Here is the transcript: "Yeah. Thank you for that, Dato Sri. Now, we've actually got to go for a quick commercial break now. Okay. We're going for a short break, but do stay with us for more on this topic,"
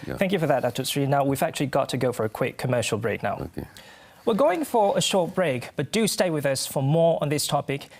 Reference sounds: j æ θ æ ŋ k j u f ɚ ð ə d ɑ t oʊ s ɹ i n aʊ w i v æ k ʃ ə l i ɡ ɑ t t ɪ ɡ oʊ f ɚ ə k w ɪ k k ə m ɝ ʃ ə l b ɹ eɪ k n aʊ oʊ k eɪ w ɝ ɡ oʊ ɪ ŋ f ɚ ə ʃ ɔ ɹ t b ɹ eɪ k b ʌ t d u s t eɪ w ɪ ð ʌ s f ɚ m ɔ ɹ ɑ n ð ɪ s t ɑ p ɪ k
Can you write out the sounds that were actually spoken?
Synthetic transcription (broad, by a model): θ æ ŋ k j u f ɚ ð ə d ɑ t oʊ s ɹ i n aʊ w i v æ k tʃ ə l i ɡ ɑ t t ɪ ɡ oʊ f ɚ ə k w ɪ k k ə m ɝ ʃ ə l b ɹ eɪ k n aʊ w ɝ ɡ oʊ ɪ ŋ f ɚ ə ʃ ɔ ɹ t b ɹ eɪ k b ʌ t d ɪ s t eɪ w ɪ ð ʌ s f ɚ m ɔ ɹ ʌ n ð ɪ s t ɑ p ɪ k